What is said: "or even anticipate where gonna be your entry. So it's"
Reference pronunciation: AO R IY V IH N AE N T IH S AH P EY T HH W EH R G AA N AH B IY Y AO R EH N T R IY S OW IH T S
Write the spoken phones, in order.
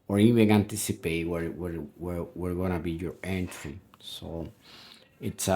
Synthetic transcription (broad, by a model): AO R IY W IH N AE N T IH S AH P EY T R W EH R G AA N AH B IY Y AO R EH N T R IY S OW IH T S